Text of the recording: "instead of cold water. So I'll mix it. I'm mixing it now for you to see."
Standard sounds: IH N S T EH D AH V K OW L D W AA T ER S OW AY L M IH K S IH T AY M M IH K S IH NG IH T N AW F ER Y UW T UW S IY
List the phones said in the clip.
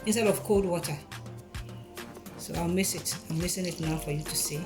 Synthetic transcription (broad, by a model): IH N S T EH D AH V K OW L D W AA T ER S OW AY M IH S IH T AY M M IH S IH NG IH T N AW F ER Y UW T UW S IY